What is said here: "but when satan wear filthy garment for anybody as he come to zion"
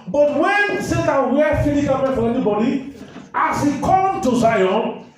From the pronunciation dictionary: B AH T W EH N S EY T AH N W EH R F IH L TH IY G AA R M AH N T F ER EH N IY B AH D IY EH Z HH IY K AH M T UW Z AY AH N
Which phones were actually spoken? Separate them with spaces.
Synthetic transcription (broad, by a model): B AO T W EH N S EY T AH N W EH F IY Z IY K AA L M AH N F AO EH N IY B AH D IY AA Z HH IY K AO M T UW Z AY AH N